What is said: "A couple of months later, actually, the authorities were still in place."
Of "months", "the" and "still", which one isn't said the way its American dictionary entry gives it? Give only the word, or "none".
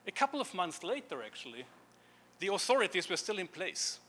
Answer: none